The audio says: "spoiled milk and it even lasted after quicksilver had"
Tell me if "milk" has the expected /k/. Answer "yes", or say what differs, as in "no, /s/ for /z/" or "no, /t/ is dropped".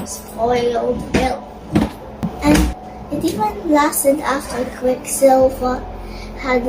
no, /k/ is dropped